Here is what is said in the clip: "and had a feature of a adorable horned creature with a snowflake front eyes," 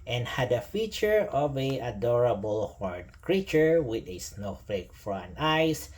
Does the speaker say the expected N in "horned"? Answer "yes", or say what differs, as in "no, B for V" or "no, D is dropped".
no, N is dropped